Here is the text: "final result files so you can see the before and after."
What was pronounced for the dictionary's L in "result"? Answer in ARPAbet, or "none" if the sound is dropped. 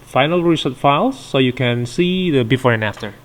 none